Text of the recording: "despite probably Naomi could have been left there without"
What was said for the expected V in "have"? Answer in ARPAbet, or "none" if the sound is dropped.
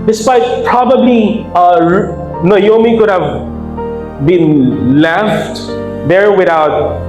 V